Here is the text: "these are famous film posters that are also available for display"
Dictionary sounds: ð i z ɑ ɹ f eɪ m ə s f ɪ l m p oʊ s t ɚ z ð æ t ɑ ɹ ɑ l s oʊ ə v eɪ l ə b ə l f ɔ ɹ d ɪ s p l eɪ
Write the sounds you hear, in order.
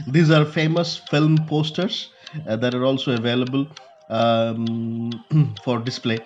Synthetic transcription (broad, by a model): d i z ɑ ɹ f eɪ m ə s f ɪ l m p oʊ s t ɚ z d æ t ɑ ɹ ɑ l s oʊ ə v eɪ l ə b ə l f ɔ ɹ d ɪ s p l eɪ